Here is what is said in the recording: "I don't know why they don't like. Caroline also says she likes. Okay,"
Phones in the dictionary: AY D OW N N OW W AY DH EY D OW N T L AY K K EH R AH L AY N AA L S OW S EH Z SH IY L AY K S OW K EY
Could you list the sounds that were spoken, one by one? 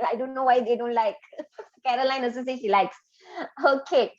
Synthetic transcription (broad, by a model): AY D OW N N OW W AY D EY D OW N T L AY K K EH R AH L AY N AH S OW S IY SH IY L AY K S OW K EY